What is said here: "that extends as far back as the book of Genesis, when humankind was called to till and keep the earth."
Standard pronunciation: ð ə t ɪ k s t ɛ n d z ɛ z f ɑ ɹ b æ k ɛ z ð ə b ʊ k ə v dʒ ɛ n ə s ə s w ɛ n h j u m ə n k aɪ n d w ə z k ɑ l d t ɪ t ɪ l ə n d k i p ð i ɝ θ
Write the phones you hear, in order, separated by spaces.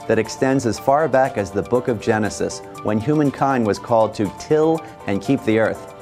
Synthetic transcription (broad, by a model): ð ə t ɪ k s t ɛ n d z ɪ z f ɑ ɹ b æ k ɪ z ð ə b ʊ k ə v dʒ ɛ n ə s ə s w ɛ n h j u m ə n k aɪ n d w ə z k ɑ l d t ɪ t ɪ l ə n k i p ð i ɝ θ